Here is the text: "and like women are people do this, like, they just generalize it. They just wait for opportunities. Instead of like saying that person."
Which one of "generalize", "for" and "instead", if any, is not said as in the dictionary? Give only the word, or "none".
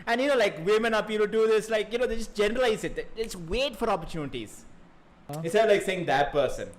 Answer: instead